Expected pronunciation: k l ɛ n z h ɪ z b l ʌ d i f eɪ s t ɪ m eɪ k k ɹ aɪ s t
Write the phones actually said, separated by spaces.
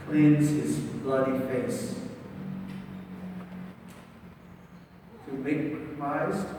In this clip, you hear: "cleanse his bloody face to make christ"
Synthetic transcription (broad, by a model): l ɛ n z h ɪ z b l ʌ d i f eɪ s t ɪ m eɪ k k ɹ aɪ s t